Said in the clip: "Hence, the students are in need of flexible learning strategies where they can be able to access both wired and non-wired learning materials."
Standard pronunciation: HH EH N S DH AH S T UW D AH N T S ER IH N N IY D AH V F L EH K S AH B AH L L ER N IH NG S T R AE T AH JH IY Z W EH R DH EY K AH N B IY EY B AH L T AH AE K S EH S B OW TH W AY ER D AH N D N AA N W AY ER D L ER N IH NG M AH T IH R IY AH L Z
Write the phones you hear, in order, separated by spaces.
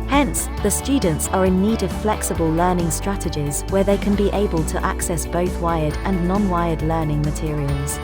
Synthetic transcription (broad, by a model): HH EH N S DH AH S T UW D N T S ER IH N N IY D AH V F L EH K S AH B AH L L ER N IH NG S T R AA T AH JH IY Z W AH DH EY K AH N B IY EY B AH L T AH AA K S EH S B OW TH W AY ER D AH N N AA N W AY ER D L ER N IH NG M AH T IH R IY AH L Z